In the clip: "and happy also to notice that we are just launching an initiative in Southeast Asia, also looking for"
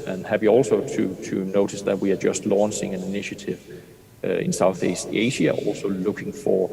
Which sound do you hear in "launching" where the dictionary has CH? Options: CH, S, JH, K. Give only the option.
S